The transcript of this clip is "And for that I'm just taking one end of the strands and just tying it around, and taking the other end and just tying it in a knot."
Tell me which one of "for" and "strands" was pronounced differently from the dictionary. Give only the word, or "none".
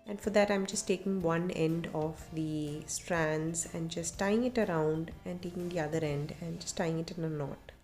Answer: none